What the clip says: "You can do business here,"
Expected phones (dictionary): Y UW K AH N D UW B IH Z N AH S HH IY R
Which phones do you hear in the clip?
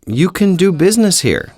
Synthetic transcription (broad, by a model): Y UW K AH N D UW B IH Z N AH S HH IY R